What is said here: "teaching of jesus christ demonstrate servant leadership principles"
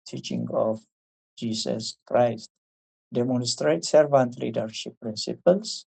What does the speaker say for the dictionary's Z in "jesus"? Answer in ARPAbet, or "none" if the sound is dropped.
S